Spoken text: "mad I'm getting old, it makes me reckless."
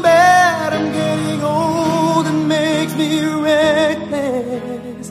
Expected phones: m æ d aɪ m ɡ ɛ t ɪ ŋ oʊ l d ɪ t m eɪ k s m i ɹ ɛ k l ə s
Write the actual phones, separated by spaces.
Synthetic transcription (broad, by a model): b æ d aɪ m ɡ ɛ t ɪ ŋ oʊ l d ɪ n m eɪ k m i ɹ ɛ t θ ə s